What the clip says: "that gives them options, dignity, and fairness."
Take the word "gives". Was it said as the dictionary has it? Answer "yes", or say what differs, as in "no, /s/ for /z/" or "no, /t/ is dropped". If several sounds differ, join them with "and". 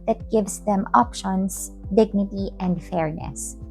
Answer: no, /s/ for /z/